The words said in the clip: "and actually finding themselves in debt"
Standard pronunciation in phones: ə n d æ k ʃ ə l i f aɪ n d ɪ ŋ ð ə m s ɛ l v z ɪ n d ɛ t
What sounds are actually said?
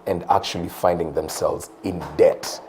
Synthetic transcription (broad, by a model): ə n d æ k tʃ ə l i f aɪ n d ɪ ŋ ð ə m s ɛ l v z ɪ n d ɛ t